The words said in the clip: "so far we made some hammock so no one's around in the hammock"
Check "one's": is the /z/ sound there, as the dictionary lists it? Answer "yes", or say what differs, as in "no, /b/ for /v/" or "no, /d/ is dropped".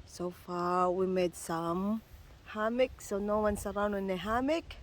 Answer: no, /s/ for /z/